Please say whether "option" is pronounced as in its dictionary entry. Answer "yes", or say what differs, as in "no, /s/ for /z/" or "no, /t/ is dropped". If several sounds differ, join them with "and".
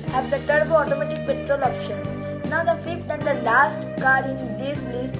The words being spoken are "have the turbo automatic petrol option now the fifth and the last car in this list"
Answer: yes